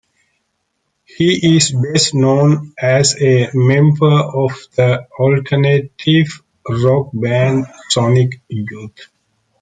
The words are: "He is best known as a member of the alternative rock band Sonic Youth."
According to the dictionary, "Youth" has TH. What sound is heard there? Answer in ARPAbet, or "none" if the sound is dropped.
T